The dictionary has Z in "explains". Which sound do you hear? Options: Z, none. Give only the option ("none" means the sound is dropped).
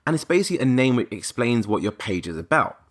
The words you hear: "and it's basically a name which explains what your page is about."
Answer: Z